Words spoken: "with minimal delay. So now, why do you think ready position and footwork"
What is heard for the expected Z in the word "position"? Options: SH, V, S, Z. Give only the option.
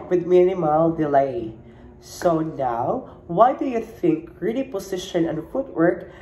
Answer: S